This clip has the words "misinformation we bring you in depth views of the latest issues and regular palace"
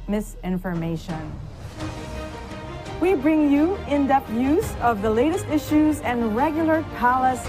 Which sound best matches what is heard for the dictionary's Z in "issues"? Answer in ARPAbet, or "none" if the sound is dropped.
Z